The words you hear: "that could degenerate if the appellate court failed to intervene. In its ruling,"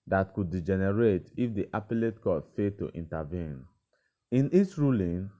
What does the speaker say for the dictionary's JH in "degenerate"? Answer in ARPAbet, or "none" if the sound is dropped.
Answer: JH